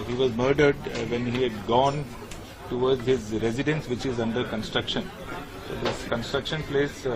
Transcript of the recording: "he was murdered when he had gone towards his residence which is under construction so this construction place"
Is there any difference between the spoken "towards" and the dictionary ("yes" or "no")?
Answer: yes